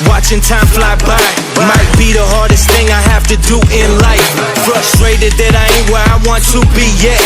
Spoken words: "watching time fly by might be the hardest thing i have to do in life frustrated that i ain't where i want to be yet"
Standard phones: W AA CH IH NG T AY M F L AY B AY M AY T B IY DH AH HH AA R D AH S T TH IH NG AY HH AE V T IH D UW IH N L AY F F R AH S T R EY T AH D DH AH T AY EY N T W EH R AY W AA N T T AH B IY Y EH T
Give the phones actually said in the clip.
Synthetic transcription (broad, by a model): W AA CH IH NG T AY M F L AY B AY M AY T B IY DH AH HH AA R D AH S T TH IH NG AY HH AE F T IH D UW IH N L AY F F R AH S T R EY T AH D DH AH T AY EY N W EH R AY W AA N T T AH B IY Y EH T